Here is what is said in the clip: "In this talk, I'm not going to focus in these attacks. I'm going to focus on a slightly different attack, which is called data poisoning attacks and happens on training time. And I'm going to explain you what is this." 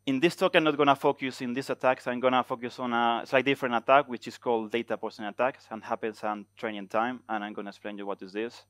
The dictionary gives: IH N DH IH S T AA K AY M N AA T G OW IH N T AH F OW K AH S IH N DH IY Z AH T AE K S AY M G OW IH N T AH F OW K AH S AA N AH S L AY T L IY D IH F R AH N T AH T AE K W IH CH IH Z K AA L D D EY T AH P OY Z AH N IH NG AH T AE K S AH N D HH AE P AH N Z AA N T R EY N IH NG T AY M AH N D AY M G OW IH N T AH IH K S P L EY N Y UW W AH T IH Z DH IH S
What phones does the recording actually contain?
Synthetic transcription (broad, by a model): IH N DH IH S T AA K AY M N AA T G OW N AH F OW K AH S IH N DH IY S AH T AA K S AY M G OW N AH F OW K AH S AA N AH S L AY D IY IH F R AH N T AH T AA K W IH CH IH S K AA L D D EY T AH P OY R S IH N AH T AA K S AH N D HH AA P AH N S AA N T R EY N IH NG T AY M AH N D AY M G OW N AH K S P L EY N Y UW W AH T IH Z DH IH S